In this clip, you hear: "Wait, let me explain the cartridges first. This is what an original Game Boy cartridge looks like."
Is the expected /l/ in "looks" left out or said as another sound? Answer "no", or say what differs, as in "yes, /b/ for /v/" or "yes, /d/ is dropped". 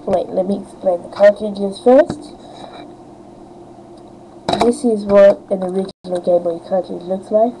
no